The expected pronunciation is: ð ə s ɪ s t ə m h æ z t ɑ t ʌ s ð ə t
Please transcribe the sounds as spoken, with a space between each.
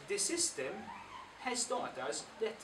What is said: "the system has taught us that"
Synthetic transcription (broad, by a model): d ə s ɪ s t ə m h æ s t ɑ t ʌ s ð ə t